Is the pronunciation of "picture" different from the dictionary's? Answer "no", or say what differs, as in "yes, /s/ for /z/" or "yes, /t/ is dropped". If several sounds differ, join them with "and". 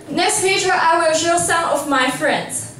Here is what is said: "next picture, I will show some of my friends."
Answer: yes, /k/ is dropped